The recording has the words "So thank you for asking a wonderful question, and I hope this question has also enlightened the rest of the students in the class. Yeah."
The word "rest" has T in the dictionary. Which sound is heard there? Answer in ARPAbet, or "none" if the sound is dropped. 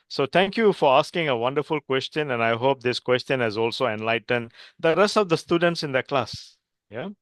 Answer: T